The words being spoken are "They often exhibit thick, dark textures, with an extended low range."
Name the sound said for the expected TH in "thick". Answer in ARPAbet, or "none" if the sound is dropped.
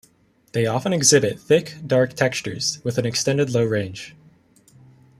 TH